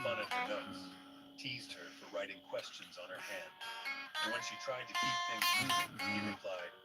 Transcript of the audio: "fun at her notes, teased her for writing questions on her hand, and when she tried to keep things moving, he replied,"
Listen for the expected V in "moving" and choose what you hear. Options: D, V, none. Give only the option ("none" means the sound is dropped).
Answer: none